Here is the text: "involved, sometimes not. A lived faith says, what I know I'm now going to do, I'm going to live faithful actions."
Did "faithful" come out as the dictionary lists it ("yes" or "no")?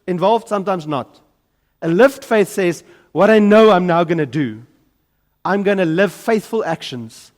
yes